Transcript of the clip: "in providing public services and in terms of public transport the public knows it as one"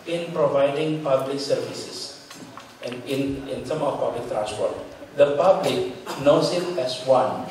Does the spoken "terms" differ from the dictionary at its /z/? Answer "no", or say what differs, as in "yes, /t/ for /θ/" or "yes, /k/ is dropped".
yes, /z/ is dropped